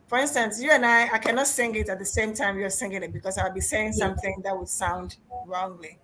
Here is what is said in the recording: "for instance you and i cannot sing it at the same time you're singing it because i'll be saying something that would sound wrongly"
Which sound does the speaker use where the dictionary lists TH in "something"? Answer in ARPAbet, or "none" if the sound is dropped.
TH